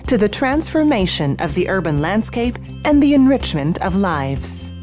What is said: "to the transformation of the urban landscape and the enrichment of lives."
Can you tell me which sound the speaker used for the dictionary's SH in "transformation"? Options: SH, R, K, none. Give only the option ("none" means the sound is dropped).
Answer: SH